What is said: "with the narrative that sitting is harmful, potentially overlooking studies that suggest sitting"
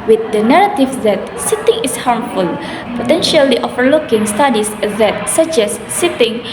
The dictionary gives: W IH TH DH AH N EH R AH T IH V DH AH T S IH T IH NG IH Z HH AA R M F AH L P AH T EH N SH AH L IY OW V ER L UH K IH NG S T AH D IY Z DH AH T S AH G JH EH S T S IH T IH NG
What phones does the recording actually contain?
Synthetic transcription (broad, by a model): W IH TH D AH N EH R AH T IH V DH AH T S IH T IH NG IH S HH AA R M F AH L P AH T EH N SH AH L IY OW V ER L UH K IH NG S T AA D IY S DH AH T S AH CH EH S S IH T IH NG